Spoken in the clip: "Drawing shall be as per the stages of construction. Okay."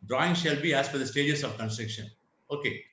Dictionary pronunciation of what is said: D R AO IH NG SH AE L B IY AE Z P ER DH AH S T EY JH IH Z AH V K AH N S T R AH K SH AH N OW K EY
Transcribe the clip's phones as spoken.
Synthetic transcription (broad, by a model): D R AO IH NG SH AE L B IY AE Z F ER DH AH S T EY JH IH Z AH V K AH N S T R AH K SH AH N OW K EY